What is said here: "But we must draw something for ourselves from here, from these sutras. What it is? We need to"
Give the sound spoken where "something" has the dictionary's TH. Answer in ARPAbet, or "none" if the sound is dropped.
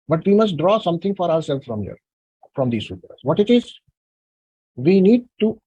T